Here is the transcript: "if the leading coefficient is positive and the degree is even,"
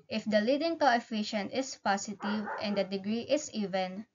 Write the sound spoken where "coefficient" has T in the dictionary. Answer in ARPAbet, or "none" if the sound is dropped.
T